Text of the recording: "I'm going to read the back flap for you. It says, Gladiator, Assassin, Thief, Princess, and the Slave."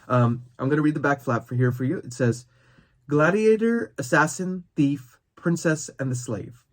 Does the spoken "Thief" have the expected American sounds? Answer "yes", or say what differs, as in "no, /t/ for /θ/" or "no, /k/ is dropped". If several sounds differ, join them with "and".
yes